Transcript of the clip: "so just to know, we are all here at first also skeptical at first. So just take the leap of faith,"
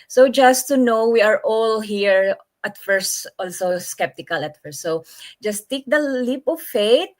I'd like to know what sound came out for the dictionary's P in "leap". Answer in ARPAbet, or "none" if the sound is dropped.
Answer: P